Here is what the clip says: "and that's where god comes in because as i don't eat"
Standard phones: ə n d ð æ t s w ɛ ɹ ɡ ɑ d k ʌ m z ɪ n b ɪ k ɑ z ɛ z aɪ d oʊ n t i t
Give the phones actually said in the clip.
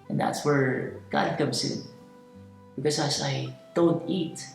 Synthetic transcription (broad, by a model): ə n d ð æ t s w ɛ ɹ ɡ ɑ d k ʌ m s ɪ n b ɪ k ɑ s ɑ s aɪ d oʊ n t i t